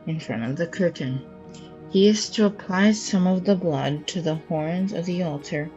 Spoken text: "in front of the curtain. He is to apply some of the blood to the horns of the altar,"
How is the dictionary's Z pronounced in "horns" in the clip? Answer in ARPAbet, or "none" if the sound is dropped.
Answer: Z